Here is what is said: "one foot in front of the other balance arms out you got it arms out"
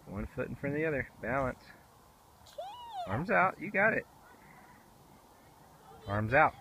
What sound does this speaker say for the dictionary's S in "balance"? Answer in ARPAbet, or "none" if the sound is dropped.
S